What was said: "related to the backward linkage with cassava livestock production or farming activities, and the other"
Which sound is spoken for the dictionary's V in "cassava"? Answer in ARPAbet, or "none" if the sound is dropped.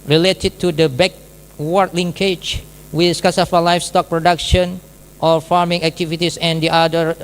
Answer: F